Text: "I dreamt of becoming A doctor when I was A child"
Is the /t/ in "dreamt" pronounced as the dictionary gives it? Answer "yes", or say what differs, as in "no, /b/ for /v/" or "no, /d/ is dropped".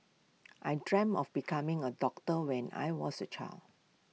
no, /t/ is dropped